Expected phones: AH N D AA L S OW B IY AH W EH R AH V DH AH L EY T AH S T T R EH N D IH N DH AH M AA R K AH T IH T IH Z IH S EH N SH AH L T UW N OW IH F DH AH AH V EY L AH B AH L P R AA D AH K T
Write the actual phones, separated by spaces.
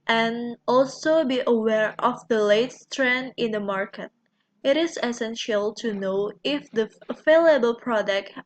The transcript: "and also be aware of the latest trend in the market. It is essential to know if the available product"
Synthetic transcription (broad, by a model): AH N AA L S OW B IY AH W EH R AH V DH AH L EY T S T T R EH N D IH N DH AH M AA R K AH T IH T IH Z IH S EH N SH AH L T UW N OW IH F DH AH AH F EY L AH B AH L P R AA D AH K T